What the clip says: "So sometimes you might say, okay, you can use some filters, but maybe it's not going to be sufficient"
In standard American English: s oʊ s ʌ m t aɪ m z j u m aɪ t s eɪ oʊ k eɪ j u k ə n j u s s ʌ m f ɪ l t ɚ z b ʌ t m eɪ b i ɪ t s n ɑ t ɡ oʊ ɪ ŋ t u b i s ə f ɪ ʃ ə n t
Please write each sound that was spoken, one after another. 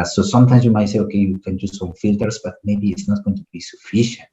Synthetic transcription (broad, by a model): s oʊ s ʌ m t aɪ m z j u m aɪ t s eɪ oʊ k eɪ j u k ə n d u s s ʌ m f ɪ l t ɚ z b ʌ t m eɪ b i ɪ t s n ɑ t ɡ oʊ ɪ ŋ t u b i s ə f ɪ ʃ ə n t